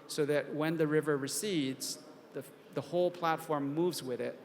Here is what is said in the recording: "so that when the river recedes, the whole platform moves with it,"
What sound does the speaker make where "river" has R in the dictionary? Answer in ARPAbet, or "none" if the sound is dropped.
R